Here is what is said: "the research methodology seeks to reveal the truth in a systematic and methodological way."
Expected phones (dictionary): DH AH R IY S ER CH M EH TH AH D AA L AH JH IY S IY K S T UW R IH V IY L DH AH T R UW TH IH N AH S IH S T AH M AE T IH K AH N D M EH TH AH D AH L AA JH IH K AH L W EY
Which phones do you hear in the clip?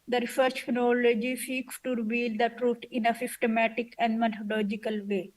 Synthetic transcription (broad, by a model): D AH R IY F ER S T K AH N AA L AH JH IY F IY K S T UW R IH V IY L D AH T R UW T IH N AH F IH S T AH M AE T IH K AH N D M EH T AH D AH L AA JH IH K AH L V EY